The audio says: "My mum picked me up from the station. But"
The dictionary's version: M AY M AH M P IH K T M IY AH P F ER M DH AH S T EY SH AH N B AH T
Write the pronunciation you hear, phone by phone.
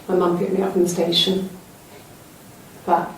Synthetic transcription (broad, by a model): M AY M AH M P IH T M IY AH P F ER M DH AH S T EY SH AH N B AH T